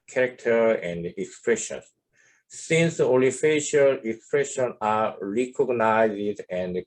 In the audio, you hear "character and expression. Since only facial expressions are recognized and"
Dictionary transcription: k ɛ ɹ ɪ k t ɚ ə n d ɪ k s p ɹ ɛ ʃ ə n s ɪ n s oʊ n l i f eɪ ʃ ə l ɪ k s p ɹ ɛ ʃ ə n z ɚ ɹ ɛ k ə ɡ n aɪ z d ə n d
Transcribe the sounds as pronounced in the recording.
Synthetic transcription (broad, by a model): k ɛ ɹ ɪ k t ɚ ə n d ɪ k s p ɹ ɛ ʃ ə n s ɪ n s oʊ l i f eɪ ʃ ə l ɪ k s p ɹ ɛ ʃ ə n ɑ ɹ ɛ k ə ɡ n aɪ z d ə n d